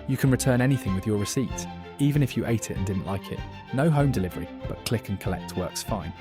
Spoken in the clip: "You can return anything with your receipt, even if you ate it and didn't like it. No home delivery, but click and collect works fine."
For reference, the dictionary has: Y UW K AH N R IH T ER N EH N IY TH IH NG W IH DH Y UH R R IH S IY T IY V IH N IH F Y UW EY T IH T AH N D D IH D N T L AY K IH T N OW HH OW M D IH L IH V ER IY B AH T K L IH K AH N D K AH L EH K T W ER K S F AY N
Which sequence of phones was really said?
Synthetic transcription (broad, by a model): Y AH K AH N R IH T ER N EH N IY TH IH NG W IH DH Y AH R R IH S IY T IY V IH N IH F Y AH EY T IH T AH N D D IH D N T L AY K IH T N OW HH OW M D IH L IH V ER IY B AH T K L IH K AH N K AH L EH K T W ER K S F AY N